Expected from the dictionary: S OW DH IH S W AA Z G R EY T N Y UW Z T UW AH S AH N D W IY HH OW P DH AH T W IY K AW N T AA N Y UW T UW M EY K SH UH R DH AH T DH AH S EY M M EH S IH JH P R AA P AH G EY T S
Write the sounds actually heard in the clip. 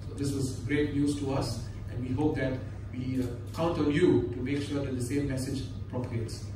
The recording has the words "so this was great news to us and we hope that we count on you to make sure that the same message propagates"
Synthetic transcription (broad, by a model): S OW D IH S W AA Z G R EY T N Y UW S T UW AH S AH N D W IY HH OW P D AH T W IY K AW N T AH L Y UW T UW M EY K SH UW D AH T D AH S EY M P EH S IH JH P R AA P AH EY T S